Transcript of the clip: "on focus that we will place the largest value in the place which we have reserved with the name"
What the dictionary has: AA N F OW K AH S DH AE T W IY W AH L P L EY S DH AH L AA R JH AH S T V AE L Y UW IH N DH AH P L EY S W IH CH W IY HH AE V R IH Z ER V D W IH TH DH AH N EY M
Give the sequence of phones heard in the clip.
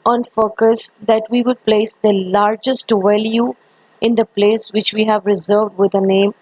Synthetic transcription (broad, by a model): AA N F OW K AH S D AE T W IY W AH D P L EY S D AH L AA R JH AH S T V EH L Y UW IH N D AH P L EY S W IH CH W IY HH AE V R IH Z ER V D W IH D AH N EY M